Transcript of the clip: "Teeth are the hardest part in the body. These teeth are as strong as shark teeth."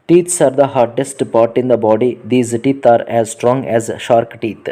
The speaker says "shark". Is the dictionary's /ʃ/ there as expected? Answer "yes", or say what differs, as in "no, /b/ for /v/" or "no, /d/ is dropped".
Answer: yes